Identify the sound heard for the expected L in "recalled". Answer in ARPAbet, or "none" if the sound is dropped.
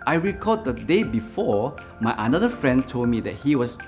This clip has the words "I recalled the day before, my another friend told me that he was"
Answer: none